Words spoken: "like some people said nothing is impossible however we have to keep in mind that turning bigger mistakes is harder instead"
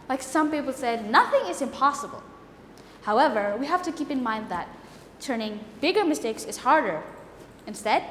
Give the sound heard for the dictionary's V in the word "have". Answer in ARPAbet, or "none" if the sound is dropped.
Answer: F